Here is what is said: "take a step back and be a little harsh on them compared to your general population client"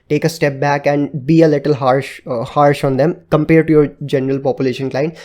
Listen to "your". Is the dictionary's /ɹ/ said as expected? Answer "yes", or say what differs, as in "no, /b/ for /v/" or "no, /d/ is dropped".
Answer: yes